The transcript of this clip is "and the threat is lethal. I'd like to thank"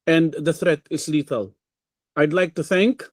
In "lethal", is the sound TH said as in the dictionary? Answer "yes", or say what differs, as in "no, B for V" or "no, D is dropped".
no, T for TH